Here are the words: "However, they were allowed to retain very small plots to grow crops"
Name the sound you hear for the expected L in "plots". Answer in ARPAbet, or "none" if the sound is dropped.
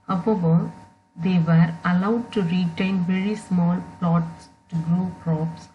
L